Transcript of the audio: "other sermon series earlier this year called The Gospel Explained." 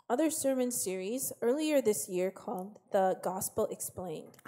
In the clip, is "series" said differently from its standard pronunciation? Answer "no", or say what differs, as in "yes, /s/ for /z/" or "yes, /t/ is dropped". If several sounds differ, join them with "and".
no